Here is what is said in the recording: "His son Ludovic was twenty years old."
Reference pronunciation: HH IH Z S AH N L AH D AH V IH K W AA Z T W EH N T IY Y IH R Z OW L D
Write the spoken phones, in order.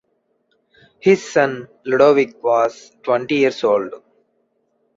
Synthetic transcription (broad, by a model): HH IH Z S AH N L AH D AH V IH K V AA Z T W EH N T IY Y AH R S OW L D